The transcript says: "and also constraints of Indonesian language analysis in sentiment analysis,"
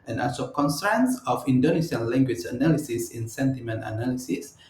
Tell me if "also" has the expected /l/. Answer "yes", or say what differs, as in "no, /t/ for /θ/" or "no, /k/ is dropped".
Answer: no, /l/ is dropped